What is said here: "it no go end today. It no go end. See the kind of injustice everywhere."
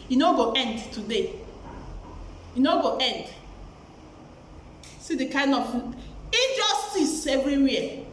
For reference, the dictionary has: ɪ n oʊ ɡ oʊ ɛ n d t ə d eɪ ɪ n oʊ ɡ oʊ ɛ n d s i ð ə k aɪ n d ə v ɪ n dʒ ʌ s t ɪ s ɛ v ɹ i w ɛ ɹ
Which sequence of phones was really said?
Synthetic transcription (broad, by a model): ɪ n oʊ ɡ oʊ ɛ n d t ə d eɪ ɪ n oʊ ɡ oʊ ɛ n d s i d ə k aɪ n d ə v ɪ dʒ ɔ s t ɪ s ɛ v ɹ i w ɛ